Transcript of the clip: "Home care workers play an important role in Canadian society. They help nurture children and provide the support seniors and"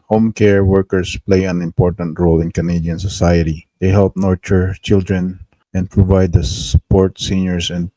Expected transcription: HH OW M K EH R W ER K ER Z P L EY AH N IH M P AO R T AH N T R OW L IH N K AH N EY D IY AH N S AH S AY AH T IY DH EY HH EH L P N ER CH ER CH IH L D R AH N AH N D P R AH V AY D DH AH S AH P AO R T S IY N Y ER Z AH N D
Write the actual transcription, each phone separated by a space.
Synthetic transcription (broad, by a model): HH OW M K EH R W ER K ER S P L EY AH N IH M P AO R T AH N T R OW L IH N K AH N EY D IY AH N S AH S AY AH T IY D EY HH EH L P N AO CH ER CH IH L D R AH N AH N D P R AH V AY D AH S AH P AO R T S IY N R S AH N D